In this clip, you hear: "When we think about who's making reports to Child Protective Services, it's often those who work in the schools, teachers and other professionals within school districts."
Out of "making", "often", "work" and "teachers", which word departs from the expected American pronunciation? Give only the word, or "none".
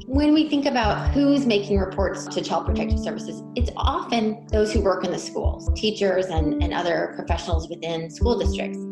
none